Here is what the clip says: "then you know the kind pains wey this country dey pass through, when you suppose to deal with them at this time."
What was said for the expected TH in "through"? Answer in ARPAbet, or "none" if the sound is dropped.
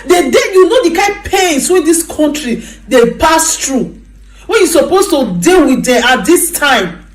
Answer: T